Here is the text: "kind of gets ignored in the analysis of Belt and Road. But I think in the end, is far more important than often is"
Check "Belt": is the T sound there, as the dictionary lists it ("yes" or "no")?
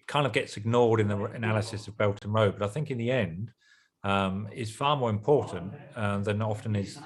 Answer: yes